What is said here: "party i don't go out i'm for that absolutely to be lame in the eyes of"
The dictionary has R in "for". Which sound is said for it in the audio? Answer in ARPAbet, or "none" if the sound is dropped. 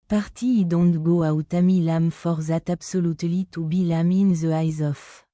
R